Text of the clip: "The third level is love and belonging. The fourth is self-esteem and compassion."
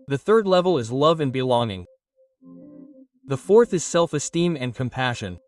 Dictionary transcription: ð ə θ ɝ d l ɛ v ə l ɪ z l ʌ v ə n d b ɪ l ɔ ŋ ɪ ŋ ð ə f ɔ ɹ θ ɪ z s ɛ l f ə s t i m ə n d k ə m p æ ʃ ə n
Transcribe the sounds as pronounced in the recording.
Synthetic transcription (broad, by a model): ð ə θ ɝ d l ɛ v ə l ɪ z l ʌ v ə n b ɪ l ɔ ŋ ɪ ŋ ð ə f ɔ ɹ θ ɪ z s ɛ l f ə s t i m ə n k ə m p æ ʃ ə n